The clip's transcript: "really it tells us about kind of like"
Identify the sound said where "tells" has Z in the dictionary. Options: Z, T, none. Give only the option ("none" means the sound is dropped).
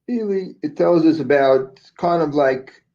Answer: Z